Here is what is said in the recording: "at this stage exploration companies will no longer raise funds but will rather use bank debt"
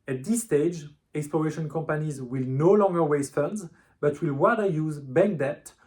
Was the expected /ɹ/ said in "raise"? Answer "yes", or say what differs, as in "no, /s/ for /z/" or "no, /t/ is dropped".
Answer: no, /w/ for /ɹ/